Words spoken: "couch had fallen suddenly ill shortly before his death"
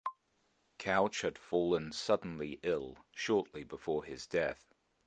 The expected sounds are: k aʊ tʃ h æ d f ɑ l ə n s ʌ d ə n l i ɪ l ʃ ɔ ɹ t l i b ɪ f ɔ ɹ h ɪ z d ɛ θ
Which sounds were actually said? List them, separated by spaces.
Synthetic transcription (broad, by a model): k aʊ tʃ h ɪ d f ɑ l ə n s ʌ d n l i ɪ l ʃ ɔ ɹ t l i b ɪ f ɔ ɹ ɪ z d ɛ θ